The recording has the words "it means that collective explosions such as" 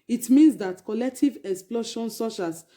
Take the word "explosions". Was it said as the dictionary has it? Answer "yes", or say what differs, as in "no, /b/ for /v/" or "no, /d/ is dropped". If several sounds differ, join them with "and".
no, /ʃ/ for /ʒ/